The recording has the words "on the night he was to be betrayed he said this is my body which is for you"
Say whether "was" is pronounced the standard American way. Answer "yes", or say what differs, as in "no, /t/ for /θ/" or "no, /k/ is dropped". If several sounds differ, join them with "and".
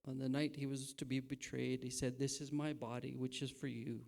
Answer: yes